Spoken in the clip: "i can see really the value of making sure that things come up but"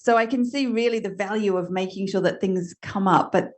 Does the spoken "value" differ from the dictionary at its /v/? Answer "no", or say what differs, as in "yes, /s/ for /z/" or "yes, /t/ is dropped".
no